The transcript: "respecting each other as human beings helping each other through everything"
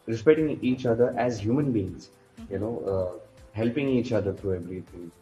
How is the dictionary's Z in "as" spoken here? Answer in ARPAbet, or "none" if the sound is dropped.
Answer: Z